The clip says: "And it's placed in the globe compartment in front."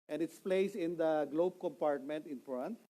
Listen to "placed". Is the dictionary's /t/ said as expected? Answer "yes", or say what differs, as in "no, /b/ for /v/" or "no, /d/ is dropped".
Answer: no, /t/ is dropped